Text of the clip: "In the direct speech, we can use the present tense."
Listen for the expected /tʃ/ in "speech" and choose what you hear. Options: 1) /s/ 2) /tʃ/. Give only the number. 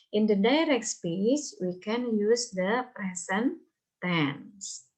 1